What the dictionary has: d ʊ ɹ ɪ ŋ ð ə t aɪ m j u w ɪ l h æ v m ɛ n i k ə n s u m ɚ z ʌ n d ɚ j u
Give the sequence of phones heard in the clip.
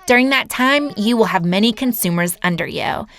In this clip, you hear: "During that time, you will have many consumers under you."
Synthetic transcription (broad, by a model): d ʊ ɹ ɪ ŋ ð ə t aɪ m j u w ɪ l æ v m ɛ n i k ə n s u m ɚ z ʌ n d ɚ j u